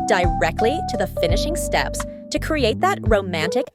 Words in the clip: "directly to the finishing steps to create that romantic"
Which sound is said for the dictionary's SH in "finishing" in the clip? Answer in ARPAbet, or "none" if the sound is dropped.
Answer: SH